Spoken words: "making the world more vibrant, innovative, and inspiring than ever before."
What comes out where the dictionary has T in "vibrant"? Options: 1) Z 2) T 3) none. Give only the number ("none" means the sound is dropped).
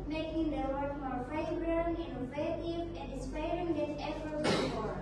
3